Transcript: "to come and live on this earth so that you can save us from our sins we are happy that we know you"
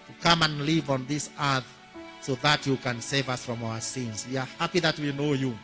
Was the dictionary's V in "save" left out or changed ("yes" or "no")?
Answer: no